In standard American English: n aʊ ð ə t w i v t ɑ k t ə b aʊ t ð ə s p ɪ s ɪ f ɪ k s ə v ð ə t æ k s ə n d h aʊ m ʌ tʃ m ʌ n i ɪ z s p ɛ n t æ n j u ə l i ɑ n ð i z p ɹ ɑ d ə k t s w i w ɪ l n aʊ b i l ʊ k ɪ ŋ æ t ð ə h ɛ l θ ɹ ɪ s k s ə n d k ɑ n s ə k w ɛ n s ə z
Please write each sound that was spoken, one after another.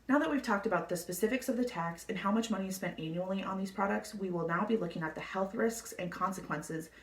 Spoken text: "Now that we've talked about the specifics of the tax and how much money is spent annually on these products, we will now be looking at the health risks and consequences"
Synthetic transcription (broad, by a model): n aʊ ð ə t w i v t ɑ k t ə b aʊ t ð ə s p ɪ s ɪ f ɪ k s ə v ð ə t æ k s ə n h aʊ m ʌ tʃ m ʌ n i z s p ɛ n t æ n j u l i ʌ n ð i z p ɹ ɑ d ə k t s w i w ɪ l n aʊ b i l ʊ k ɪ ŋ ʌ t ð ə h ɛ l θ ɹ ɪ s k s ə n k ɑ n s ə k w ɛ n s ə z